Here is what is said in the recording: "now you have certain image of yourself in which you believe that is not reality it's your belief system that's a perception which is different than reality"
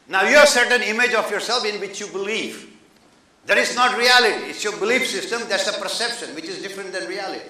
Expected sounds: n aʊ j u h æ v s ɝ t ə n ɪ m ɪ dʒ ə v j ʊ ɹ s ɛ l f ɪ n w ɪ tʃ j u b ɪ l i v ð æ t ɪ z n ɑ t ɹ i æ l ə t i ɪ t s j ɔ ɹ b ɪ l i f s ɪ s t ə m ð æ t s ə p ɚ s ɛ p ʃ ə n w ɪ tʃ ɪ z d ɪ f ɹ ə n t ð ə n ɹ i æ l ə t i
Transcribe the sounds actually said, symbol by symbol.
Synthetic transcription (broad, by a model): n aʊ j u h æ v s ɝ t ə n ɪ m ɪ dʒ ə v j ʊ ɹ s ɛ l f ɪ n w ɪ tʃ j u b ɪ l i v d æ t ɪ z n ɑ t ɹ i æ l ə t i ɪ t s j ɔ ɹ b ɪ l i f s ɪ s t ə m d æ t s ə p ɚ s ɛ p ʃ ə n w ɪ tʃ ɪ z d ɪ f ɹ ə n t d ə n ɹ i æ l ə t i